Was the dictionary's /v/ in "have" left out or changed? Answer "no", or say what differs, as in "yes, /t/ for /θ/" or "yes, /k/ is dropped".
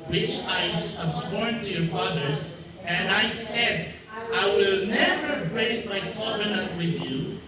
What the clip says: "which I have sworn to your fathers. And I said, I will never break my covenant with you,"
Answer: yes, /b/ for /v/